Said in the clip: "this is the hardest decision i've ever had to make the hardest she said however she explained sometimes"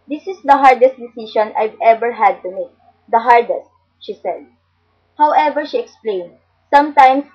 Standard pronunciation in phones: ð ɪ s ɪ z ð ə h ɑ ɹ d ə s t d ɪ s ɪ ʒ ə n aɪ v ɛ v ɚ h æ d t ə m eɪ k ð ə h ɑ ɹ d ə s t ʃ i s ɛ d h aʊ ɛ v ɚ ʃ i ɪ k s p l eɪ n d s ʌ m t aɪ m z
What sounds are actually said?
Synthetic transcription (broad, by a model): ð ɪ s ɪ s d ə h ɑ ɹ d ə s t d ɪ s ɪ ʃ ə n aɪ v ɛ v ɚ h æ d t ə m eɪ k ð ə h ɑ ɹ d ə s t ʃ i s ɛ d h aʊ ɛ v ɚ ʃ i ɪ k s p l eɪ n d s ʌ m t aɪ m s